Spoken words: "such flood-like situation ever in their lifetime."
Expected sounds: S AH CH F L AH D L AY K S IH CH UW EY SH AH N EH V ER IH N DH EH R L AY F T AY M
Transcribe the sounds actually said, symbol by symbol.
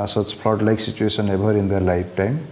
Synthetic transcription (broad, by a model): S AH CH P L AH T L AY K S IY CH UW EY S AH N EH B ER IH N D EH R L AY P T AY M